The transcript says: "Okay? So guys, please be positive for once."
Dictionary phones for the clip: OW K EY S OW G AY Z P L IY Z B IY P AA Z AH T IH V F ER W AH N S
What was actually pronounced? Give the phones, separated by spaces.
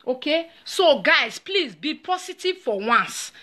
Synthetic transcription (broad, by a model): OW K EY S OW G AY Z P L IY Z B IY P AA S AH T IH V F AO W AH N S